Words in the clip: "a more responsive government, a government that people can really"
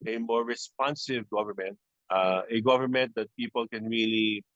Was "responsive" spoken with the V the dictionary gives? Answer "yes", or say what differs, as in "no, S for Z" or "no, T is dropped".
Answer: yes